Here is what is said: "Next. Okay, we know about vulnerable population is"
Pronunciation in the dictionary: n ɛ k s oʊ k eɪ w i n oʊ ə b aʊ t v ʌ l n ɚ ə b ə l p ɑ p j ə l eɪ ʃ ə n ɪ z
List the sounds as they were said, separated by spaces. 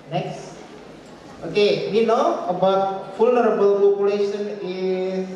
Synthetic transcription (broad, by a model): n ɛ k s oʊ k eɪ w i n oʊ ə b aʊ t f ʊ l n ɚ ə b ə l p ɑ p j ə l eɪ ʃ ə n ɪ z